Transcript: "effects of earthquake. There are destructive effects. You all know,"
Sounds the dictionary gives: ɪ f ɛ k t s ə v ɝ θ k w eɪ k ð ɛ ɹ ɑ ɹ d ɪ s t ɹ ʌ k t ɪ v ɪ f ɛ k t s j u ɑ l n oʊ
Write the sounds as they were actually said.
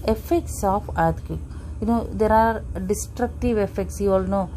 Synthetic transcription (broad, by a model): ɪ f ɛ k t s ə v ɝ t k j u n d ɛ ɹ ɑ ɹ d ɪ s t ɹ ʌ k t ɪ v ɪ f ɛ k t s j u ɑ l n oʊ